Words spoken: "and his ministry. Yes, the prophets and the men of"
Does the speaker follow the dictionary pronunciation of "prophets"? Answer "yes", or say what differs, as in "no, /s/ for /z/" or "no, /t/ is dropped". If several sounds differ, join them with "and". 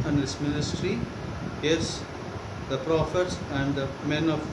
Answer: yes